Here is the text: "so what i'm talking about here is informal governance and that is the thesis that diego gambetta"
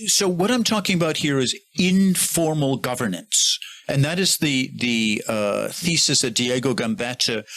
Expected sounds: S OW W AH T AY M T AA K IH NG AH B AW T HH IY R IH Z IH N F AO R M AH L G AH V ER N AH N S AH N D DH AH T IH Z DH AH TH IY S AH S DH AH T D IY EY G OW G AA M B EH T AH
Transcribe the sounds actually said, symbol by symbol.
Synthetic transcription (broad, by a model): S OW W AH T AY M T AA K IH NG AH B AW T HH IY R IH Z IH N F AO R M L G AH V ER N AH N S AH N DH AH T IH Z DH AH TH IY S AH S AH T D IY EY G OW G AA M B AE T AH